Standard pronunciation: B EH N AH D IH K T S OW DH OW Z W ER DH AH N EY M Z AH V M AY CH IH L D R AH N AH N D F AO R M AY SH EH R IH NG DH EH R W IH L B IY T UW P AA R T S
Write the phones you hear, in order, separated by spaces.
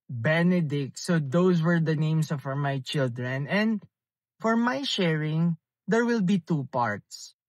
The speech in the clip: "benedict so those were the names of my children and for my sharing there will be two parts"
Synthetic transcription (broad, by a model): B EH N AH D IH K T S OW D OW S W ER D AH N EY M S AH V M AY CH IH L D R AH N AH N D F AO R M AY SH EH R IH NG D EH R W IH L B IY T UW P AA R T S